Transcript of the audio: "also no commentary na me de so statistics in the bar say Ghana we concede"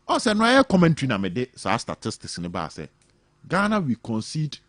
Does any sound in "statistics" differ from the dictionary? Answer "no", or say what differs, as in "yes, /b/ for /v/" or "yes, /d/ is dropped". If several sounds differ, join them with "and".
yes, /k/ is dropped